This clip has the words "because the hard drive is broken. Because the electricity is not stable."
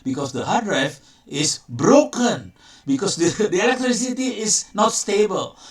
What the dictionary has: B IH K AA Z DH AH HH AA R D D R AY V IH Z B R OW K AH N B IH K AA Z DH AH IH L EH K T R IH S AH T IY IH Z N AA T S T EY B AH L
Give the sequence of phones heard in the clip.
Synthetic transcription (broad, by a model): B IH K AA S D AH HH AA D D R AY F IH S B R OW K AH N B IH K AA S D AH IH L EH K T R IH S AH T IY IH S N AA T S T EY B AH L